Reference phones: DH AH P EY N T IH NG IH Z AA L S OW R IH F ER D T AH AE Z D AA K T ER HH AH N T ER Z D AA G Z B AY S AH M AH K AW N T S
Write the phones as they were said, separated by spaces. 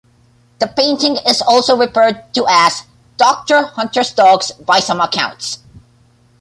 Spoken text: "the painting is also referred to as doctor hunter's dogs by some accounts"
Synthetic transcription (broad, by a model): DH AH P EY N T IH NG IH Z AA L S OW R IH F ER D T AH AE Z D AA K T ER HH AH N T ER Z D AA G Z B AY S AH M AH K AW N T S